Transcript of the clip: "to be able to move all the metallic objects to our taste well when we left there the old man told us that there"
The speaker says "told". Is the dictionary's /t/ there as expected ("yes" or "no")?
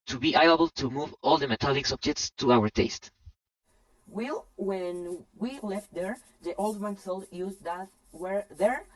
no